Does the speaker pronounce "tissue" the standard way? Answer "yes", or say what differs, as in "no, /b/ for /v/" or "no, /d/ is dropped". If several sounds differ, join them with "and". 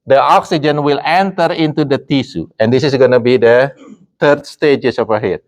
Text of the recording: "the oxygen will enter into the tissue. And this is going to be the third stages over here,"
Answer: no, /s/ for /ʃ/